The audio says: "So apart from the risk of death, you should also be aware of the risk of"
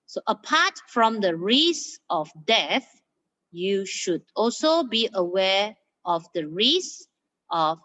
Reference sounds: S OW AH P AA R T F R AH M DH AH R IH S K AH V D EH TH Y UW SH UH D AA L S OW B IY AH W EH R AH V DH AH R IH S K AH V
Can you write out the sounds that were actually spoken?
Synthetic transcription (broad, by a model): S OW AH P AA T F R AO M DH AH R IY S AH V D EH TH Y UW SH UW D AA L S OW B IY AH W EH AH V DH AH R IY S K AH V